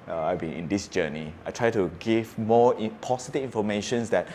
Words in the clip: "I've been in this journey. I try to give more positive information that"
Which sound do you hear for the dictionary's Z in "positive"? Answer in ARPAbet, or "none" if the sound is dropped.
S